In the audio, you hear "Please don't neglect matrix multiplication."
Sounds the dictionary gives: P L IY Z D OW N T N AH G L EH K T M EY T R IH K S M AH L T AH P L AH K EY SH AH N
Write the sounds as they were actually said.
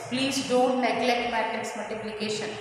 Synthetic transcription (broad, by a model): P L IY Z D OW N T N AH G L EH K T M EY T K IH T S M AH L T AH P L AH K EY SH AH N